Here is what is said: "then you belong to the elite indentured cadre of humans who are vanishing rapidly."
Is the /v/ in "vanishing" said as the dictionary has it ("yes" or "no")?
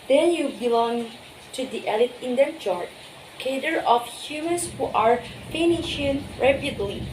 no